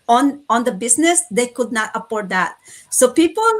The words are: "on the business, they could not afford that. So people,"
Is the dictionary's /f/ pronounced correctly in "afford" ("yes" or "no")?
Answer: no